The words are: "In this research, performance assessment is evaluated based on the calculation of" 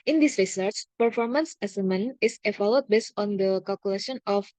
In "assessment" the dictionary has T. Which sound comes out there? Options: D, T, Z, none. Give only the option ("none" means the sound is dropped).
none